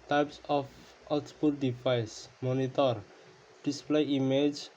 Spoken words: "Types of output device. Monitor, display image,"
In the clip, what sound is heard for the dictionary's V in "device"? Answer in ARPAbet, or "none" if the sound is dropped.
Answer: P